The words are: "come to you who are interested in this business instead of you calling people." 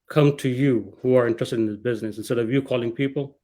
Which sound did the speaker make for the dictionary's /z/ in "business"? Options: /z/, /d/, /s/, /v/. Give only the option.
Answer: /z/